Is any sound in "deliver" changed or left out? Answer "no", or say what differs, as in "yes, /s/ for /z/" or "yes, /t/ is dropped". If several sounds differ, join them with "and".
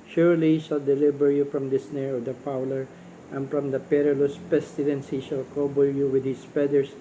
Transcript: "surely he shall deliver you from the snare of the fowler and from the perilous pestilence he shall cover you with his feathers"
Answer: yes, /b/ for /v/